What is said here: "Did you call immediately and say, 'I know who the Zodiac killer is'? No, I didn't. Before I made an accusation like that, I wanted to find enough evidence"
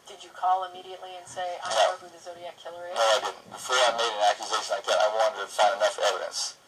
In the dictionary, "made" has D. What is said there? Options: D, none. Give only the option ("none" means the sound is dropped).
D